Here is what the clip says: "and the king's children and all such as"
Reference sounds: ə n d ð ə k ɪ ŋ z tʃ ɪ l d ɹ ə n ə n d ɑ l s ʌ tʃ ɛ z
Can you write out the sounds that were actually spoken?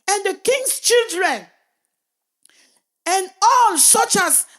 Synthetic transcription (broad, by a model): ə n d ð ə k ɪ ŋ s tʃ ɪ l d ɹ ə n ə n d ɑ l s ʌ tʃ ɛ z